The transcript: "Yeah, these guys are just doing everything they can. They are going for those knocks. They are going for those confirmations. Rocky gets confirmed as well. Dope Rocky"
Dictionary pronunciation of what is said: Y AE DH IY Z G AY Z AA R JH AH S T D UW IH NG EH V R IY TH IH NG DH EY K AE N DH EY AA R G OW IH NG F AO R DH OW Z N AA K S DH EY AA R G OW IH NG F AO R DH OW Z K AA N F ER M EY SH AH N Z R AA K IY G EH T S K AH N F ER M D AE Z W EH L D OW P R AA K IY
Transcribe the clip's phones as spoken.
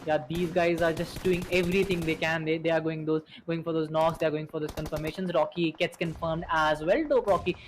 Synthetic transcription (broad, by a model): Y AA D IY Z G AY Z AA R JH AH S T D UW IH NG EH V R IY T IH NG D EY K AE N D EY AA R G OW IH NG F AO R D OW Z N AA K S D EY AA R G OW IH NG F AO R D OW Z K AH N F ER M EY SH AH N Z R AA K IY G EH T S K AH N F ER M D AE Z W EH L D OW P R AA K IY